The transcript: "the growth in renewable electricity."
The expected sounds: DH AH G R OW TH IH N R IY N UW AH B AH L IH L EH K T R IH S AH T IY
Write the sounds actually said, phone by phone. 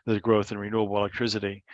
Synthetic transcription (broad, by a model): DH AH G R OW TH IH N R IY N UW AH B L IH L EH K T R IH S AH T IY